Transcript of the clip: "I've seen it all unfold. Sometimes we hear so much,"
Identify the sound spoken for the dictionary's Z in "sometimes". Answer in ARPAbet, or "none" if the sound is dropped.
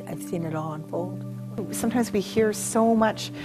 Z